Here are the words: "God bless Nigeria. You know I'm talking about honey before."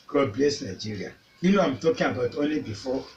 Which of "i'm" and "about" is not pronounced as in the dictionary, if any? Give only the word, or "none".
none